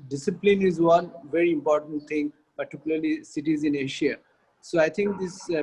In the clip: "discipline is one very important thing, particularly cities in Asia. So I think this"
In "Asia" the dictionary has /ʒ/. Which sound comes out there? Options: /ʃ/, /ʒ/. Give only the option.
/ʃ/